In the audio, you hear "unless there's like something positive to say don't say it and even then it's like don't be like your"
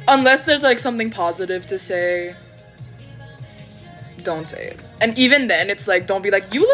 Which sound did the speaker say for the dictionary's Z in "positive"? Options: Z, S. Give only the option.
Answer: Z